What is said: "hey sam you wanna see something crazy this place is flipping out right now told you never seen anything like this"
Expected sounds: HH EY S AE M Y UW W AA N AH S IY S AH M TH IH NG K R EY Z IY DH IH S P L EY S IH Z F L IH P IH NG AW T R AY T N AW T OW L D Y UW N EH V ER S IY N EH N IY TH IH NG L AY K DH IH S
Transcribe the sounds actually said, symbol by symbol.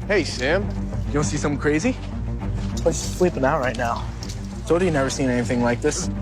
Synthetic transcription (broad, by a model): HH EY S AE M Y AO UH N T S IY S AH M K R EY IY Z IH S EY IH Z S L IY P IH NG AW T R AY T N AW S OW D Y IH N EH V ER S IY N EH N IY TH IH NG L AY K DH IH S